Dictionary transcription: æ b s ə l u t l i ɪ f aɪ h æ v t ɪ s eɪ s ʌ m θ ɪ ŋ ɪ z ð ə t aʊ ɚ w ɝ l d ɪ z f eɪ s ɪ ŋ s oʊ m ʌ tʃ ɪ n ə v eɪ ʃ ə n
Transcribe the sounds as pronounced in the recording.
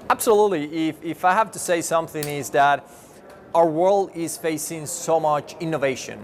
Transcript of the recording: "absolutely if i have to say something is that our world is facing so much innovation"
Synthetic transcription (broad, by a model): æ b s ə l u t l i ɪ f aɪ h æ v t ɪ s eɪ s ʌ m θ ɪ ŋ ɪ z ð ə t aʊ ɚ w ɝ l d ɪ z f eɪ s ɪ ŋ s oʊ m ʌ tʃ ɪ n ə v eɪ ʃ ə n